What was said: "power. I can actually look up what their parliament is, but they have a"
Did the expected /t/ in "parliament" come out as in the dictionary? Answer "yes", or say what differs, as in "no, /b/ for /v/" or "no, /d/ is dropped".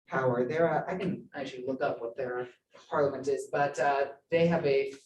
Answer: yes